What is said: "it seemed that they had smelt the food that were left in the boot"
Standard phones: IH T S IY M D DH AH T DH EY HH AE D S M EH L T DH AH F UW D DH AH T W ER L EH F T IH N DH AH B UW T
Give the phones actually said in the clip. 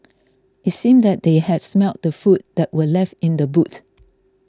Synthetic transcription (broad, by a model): IH T S IY M D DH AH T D EY HH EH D S M EH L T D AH F UW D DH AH T W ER L EH F T IH N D AH B UW T